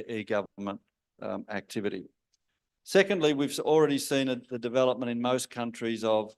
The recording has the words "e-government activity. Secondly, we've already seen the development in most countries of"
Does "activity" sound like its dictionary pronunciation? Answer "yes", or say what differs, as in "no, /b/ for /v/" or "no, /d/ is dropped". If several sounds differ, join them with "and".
yes